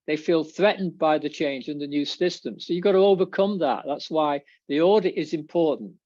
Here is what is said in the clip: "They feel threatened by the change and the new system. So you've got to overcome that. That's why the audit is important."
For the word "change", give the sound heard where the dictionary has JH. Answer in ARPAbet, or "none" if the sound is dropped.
JH